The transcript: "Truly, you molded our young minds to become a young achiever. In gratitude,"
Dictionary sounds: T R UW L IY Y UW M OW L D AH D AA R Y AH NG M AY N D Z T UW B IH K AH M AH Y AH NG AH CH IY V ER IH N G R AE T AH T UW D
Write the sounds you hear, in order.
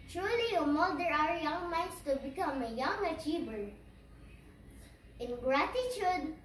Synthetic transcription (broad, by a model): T R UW L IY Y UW M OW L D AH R AA R Y AH NG M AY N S T UW B IH K AH M AH Y AH NG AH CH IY B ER IH N G R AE T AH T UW D